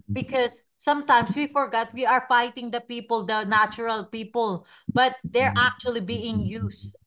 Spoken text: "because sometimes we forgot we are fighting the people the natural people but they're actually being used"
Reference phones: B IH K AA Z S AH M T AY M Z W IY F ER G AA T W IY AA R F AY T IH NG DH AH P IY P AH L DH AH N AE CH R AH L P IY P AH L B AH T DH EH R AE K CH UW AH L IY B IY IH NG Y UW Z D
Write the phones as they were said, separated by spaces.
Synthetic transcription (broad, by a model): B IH K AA S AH M T AY M S W IY F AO G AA T W IY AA R F AY T IH NG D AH P IY P AH L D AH N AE CH R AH L P IY P AH L B AH T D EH R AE K CH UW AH L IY B IY IH NG Y UW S